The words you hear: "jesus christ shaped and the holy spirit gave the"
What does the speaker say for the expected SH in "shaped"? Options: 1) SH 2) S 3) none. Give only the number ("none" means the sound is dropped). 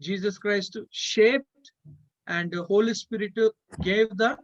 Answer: 1